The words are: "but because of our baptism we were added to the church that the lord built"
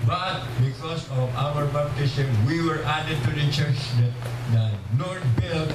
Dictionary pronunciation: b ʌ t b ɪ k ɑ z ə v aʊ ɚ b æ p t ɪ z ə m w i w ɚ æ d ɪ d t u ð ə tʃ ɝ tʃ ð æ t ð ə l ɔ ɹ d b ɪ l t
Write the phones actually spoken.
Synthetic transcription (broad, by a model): b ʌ t b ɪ k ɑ s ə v aʊ ɚ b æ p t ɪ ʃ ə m w i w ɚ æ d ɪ d t u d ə tʃ ɝ tʃ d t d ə n ɔ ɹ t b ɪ l